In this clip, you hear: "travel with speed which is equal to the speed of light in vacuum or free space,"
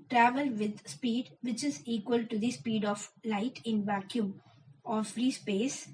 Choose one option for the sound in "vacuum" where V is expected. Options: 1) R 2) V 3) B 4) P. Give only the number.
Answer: 2